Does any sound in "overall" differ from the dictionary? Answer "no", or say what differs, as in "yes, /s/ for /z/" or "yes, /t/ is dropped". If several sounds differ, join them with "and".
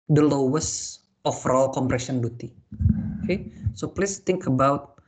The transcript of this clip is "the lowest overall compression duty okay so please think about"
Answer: yes, /f/ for /v/